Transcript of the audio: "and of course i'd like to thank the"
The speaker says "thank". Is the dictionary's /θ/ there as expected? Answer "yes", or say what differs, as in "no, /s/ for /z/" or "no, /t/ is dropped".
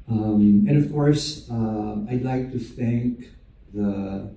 yes